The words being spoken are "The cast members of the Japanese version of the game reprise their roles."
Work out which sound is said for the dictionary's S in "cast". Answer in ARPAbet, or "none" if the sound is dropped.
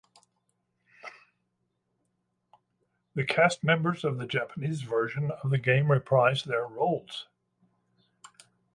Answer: S